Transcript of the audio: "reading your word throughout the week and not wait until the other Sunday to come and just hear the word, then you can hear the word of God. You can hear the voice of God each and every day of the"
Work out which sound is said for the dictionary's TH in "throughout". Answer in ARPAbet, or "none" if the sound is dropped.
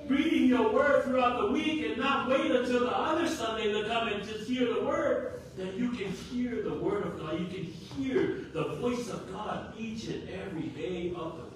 TH